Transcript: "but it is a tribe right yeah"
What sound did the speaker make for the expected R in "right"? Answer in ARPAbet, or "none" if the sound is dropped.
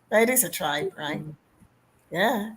R